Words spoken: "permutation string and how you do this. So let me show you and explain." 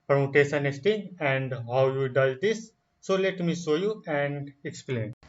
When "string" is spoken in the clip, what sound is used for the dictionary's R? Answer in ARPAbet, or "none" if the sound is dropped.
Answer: none